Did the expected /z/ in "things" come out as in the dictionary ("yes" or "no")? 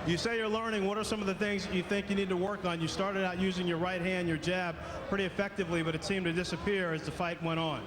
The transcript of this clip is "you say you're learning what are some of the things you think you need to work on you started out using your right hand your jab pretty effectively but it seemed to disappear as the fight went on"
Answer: yes